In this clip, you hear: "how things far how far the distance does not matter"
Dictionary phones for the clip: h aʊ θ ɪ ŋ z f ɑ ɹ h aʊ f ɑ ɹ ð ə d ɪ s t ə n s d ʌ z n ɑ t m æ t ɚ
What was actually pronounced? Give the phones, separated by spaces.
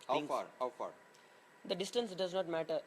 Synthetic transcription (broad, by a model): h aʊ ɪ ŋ f ɑ ɹ h aʊ f ɑ ɹ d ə d ɪ s t ə n s d ʌ z n ɑ t m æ t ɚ